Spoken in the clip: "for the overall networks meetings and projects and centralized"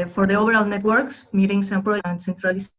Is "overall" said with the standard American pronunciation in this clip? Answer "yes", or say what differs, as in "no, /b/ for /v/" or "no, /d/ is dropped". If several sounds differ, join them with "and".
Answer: no, /b/ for /v/